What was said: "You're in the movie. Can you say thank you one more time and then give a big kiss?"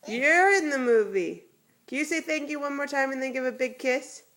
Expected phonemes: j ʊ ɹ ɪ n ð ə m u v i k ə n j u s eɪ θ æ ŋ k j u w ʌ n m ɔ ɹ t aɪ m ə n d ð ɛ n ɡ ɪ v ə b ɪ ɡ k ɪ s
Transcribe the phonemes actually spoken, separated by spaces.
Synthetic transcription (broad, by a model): j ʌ ɹ ɪ n ð ə m u v i k ə n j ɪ s eɪ θ æ ŋ k j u w ʌ n m ɔ ɹ t aɪ m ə n ð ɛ n ɡ ɪ v ə b ɪ ɡ k ɪ s